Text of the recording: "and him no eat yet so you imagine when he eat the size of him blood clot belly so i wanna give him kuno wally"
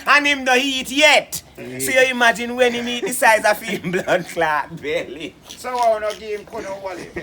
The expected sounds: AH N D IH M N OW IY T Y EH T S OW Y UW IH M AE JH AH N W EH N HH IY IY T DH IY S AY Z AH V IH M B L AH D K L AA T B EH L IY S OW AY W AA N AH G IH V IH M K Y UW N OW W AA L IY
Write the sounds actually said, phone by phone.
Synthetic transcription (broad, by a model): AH N IH M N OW IY T Y EH T S OW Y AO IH M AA JH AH N W EH N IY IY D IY S AY Z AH F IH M B L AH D K L AA T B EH L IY S OW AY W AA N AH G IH IH M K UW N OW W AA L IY